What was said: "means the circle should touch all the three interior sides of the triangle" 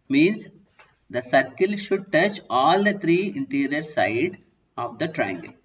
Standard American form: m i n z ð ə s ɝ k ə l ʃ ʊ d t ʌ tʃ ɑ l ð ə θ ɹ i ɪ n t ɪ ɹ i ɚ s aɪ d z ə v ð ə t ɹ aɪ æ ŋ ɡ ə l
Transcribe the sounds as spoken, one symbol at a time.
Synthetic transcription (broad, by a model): m i n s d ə s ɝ k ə l ʃ ʊ d t ʌ tʃ ɑ l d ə t ɹ i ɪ n t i ɹ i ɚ s aɪ d ə v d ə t ɹ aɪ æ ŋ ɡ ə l